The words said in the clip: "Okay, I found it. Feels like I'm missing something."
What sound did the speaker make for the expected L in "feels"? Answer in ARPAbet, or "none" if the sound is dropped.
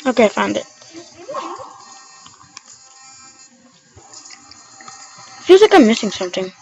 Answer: none